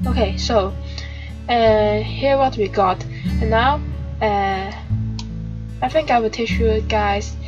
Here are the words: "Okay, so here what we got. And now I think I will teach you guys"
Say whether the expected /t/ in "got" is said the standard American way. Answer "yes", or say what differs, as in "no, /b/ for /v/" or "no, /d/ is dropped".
yes